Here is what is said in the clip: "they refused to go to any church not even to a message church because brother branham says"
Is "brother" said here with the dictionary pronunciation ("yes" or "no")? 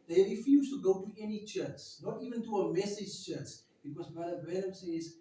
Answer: no